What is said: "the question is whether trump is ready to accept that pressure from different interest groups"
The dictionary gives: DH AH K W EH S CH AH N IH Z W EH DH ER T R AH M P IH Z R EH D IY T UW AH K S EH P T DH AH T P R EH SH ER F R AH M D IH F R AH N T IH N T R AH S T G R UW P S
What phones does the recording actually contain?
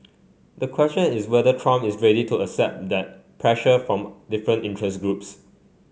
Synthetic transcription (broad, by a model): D AH K W EH S CH AH N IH S W EH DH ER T R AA M IH S R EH D IY T UW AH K S EH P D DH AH T P R EH SH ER F R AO M D IH F R AH N T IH N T R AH S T G R UW P S